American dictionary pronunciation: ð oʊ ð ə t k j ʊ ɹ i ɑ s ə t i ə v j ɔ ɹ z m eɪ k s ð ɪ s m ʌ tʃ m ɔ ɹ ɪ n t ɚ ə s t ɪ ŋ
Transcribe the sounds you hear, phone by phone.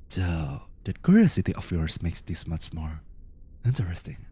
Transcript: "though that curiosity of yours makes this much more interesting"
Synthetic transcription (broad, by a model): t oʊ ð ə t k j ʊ ɹ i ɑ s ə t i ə f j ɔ ɹ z m eɪ k s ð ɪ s m ʌ tʃ m ɔ ɹ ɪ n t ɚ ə s t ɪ ŋ